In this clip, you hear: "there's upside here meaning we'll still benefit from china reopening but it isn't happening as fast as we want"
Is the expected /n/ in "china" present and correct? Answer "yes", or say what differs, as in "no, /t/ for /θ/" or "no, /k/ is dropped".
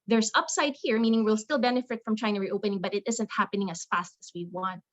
no, /n/ is dropped